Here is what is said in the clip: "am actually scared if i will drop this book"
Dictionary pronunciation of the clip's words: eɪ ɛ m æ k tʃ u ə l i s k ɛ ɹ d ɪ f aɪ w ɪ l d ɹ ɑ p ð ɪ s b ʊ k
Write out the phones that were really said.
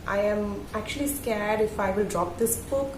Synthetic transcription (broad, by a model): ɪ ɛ m æ k tʃ u ə l i s k ɛ ɹ d ɪ f aɪ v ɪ l d ɹ ɑ p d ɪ s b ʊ k